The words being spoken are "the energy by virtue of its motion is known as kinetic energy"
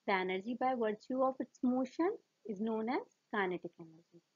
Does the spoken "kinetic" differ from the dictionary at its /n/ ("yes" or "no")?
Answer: no